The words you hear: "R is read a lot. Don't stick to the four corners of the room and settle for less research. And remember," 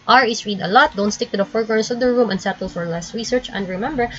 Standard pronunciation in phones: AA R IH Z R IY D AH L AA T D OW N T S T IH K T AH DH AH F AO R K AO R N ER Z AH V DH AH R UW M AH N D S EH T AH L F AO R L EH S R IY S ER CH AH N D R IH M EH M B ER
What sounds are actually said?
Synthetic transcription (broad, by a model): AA R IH S R IY D AH L AA T D OW N T S T IH K T AH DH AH F AO R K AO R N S AH V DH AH R UW M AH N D S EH T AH L F AO R L EH S R IY S ER CH AH N D R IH M EH M B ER